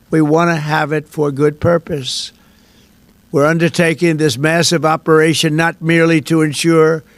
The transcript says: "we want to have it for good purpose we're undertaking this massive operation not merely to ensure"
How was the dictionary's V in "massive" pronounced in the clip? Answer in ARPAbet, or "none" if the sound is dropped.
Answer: V